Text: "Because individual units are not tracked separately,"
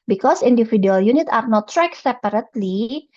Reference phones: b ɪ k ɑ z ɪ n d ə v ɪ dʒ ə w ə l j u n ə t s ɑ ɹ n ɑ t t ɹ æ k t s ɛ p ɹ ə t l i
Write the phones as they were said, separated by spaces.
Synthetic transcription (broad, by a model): b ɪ k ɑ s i n d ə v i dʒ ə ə l j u n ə t ɑ ɹ n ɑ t t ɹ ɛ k s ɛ p ɹ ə t l i